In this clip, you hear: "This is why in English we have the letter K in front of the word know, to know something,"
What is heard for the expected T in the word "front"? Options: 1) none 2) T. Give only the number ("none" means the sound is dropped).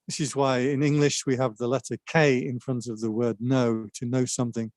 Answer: 2